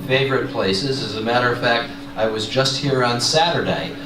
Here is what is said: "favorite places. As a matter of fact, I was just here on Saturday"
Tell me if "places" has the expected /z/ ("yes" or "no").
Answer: yes